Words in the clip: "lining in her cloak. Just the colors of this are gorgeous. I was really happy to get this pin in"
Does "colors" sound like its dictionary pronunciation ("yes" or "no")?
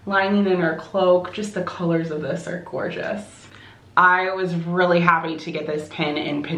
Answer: yes